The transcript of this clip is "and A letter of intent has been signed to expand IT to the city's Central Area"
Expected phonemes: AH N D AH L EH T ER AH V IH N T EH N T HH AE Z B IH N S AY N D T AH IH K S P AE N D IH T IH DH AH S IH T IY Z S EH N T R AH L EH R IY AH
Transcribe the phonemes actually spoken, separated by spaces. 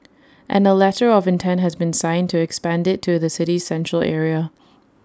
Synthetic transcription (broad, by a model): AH N AH L EH T ER AH V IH N T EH N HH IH Z B IH N S AY N T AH IH K S P AE N D IH T IH DH AH S IH T IY Z S EH N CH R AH L EH R IY AH